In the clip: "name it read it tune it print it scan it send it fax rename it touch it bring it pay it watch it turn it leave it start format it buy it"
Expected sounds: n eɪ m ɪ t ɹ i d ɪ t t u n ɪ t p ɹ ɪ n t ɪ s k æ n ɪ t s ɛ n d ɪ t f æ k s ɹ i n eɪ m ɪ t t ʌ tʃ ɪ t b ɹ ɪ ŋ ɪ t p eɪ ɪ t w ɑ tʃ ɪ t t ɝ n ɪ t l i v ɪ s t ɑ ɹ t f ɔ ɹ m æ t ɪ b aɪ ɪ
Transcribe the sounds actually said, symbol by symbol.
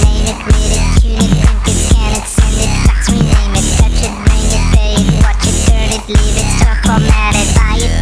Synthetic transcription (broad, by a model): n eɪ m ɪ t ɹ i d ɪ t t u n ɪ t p ɪ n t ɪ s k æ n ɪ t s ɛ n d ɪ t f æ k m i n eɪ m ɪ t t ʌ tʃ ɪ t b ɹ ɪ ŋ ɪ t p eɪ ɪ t w ɑ tʃ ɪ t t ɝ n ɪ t l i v ɪ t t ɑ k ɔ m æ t ɪ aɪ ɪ